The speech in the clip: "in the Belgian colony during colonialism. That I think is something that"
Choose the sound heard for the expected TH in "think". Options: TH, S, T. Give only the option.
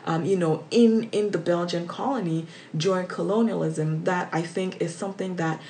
TH